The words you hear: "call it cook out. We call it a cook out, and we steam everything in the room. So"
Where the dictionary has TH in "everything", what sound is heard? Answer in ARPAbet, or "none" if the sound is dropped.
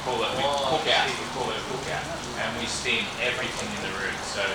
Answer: TH